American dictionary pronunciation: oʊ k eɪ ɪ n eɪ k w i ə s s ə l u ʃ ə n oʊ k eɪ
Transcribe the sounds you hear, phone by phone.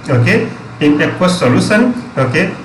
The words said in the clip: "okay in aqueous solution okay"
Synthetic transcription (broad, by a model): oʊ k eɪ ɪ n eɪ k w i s s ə l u s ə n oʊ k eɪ